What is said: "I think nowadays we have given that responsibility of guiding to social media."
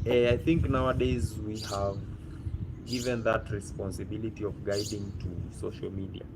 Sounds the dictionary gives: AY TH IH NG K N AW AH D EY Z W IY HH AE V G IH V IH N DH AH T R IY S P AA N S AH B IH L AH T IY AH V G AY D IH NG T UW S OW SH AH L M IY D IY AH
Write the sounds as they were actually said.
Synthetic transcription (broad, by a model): AY TH IH NG K N AW AH D EY Z W IY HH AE V G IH V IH N DH AH T R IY S P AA N S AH B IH L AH T IY AH V G AY D IH NG T UW S OW SH AH L M IY D IY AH